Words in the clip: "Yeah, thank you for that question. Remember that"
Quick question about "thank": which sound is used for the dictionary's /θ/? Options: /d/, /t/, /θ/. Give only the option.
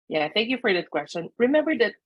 /θ/